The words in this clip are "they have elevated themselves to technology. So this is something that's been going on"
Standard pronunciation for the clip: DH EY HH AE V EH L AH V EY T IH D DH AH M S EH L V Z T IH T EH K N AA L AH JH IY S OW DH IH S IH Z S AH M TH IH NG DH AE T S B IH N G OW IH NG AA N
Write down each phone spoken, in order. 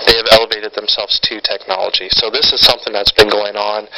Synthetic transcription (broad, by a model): DH EY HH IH V EH L AH V EY T IH D DH AH M S EH L V Z T IH T EH K N AA L AH JH IY S OW DH IH S IH Z S AH M TH IH NG DH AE T S B IH N G OW IH NG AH N